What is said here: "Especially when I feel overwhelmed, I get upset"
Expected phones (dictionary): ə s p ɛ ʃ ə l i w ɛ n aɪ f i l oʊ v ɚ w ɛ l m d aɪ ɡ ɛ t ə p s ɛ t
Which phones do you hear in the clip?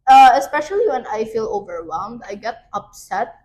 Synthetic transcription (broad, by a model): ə s p ɛ ʃ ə l i w ɛ n aɪ f i l oʊ v ɚ w ɛ l m d aɪ ɡ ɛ t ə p s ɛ t